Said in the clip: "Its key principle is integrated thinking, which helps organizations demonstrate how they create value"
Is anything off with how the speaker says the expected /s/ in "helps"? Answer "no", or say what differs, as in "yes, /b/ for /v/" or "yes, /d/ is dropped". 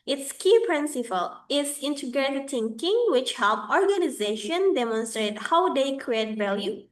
yes, /s/ is dropped